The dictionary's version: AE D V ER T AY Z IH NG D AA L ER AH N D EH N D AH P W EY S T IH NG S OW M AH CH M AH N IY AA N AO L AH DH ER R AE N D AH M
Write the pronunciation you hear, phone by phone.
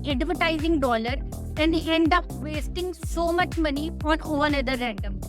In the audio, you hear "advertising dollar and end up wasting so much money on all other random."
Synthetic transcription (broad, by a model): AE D V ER T AY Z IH NG D AA L ER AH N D EH N D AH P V EY S T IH NG S OW M AH CH M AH N IY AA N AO N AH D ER R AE N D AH M